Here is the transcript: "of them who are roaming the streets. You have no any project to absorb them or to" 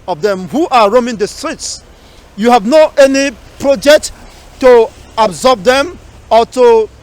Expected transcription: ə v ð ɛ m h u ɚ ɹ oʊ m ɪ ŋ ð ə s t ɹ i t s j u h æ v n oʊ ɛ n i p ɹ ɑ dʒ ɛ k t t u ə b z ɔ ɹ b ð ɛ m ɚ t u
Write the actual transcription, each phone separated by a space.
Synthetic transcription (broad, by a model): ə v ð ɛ m h u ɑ ɹ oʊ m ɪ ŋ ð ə s t ɹ i t s j u h æ v n oʊ ɛ n i p ɹ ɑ dʒ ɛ k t t u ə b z ɔ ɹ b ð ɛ m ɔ t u